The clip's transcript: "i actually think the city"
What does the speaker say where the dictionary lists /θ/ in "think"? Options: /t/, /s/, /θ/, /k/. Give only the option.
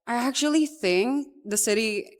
/θ/